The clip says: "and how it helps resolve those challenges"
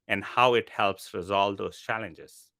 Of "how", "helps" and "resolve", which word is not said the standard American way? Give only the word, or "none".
none